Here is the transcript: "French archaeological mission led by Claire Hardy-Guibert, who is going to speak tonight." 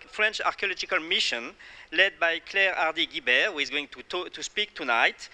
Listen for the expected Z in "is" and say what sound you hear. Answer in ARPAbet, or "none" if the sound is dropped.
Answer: Z